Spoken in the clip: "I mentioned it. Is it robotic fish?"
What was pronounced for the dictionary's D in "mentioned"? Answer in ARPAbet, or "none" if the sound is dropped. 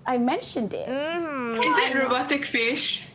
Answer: D